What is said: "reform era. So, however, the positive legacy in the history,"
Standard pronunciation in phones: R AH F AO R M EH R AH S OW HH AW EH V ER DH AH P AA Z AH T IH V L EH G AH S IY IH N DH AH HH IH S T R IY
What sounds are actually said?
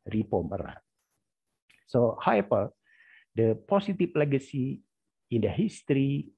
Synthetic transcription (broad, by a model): R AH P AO M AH R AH S OW HH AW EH P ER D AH P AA S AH T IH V L EH G AH S IY IH N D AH HH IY S T R IY